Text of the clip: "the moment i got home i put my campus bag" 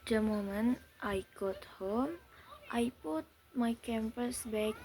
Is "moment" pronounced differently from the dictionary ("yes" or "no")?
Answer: no